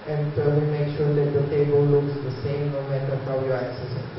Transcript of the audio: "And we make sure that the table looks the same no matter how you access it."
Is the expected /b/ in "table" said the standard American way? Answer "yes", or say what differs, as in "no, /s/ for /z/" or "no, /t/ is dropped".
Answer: yes